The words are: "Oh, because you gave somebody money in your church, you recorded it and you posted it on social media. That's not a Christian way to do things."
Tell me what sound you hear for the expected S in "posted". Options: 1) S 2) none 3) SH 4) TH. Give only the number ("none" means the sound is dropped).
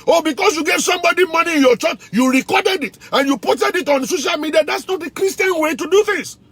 2